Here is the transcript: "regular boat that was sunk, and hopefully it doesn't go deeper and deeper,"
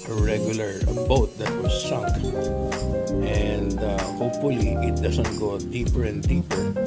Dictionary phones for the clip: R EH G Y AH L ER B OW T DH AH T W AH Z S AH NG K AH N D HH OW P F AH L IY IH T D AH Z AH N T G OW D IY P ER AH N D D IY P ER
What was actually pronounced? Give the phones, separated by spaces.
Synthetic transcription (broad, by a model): R EH G Y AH L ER B OW T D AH T W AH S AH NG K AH N D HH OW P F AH L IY IH T D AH S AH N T G OW D IY P ER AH N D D IY P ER